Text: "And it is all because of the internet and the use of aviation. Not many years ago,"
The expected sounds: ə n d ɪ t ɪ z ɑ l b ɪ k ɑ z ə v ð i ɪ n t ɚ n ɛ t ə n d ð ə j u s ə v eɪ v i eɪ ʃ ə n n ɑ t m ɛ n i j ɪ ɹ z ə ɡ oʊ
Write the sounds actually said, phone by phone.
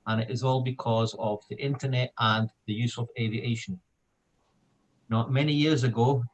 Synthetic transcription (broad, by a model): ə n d ɪ t ɪ z ɑ l b ɪ k ɑ z ə v ð i ɪ n t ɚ n ɛ t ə n ð ə j u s ə v eɪ v i eɪ ʃ ə n n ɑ t m ɛ n i j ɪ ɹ z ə ɡ oʊ